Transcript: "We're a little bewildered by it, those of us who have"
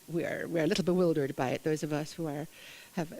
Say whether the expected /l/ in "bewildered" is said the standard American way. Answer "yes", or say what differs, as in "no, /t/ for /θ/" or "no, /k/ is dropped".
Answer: yes